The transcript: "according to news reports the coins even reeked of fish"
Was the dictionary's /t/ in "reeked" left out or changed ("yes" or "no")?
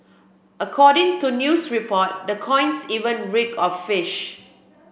yes